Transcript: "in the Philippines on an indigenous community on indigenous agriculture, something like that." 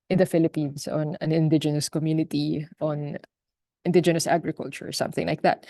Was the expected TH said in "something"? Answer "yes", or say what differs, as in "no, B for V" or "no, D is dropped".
yes